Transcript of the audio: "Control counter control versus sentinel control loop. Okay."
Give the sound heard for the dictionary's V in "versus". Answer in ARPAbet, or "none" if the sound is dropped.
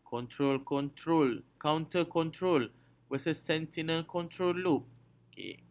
W